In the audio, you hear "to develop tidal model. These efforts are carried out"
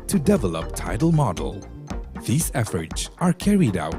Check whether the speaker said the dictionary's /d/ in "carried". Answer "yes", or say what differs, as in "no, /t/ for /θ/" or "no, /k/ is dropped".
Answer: yes